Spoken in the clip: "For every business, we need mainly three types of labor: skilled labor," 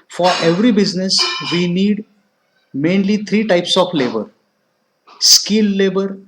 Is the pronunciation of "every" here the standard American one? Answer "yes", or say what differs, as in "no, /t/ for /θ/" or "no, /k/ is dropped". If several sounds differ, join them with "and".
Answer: yes